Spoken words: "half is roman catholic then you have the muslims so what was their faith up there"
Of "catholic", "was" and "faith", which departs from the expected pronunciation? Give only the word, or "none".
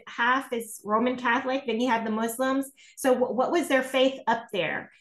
none